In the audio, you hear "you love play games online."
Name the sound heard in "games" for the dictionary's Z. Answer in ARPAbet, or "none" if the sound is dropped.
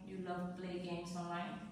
S